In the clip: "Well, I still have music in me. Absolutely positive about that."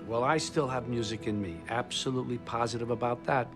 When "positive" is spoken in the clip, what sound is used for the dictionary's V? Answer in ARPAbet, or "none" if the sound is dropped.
V